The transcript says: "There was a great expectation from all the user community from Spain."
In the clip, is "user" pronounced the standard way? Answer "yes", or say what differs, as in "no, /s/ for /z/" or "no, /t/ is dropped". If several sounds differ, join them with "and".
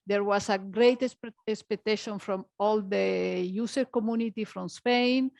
no, /s/ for /z/